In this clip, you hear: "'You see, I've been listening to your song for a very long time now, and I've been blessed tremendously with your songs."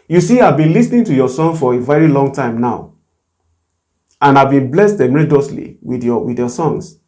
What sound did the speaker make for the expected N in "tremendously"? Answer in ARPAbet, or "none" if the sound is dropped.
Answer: none